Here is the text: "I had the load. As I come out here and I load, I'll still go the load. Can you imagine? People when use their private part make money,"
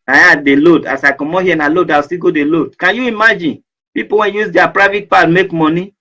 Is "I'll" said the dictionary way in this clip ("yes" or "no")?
no